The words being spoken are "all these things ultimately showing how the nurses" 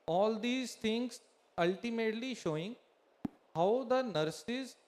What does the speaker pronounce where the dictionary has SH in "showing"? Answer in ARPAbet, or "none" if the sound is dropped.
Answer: SH